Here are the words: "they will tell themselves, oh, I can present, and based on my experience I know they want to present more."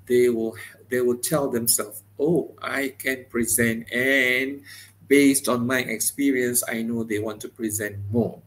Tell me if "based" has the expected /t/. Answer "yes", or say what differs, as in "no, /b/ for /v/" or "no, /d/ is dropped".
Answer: yes